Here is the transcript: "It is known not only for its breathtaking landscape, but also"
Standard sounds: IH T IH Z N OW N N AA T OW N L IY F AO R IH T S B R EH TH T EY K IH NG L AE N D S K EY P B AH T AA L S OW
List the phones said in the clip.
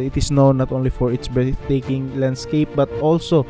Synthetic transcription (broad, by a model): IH T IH S N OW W N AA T OW N L IY F AO R IH T S B EH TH T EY K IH NG L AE N D S K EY P B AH T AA L S OW